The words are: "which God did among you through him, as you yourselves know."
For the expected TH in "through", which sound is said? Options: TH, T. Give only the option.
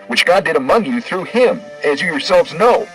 TH